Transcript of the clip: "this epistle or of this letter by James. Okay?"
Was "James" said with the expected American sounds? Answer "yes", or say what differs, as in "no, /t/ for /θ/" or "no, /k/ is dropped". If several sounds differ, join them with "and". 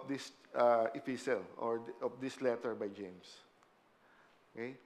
no, /s/ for /z/